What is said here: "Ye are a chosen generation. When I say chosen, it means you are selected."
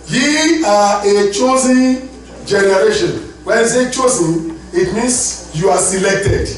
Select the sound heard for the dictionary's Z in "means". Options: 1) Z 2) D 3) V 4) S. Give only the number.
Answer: 4